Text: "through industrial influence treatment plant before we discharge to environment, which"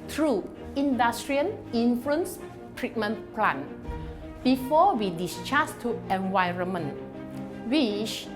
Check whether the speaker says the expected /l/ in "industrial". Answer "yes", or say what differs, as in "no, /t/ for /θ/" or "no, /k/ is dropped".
no, /n/ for /l/